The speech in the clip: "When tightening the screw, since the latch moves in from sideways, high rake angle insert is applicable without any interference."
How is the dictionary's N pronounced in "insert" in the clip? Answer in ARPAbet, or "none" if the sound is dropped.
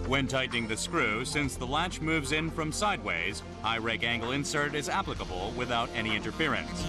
N